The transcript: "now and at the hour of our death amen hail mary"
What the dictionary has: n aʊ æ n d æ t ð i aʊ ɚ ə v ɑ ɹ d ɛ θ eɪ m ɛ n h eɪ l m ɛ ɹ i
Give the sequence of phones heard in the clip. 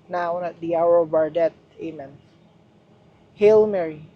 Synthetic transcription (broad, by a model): n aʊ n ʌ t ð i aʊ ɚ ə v ɑ ɹ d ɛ t eɪ m ɛ n h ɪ l m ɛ ɹ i